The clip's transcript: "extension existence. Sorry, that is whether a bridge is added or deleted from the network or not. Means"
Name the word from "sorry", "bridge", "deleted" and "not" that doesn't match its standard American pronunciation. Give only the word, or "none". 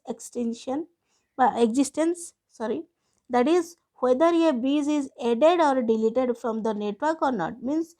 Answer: bridge